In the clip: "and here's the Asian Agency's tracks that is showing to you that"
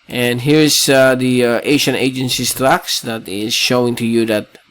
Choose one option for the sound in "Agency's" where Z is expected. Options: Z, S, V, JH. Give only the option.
S